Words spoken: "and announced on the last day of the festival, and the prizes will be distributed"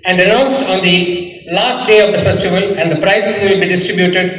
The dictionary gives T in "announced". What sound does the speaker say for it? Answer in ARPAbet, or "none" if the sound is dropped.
none